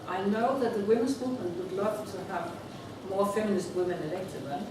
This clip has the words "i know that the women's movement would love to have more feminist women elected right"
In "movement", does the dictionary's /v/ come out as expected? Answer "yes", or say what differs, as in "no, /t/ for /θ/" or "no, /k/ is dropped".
no, /v/ is dropped